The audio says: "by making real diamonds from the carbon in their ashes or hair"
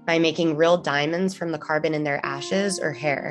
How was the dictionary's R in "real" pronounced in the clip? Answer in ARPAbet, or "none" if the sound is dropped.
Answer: R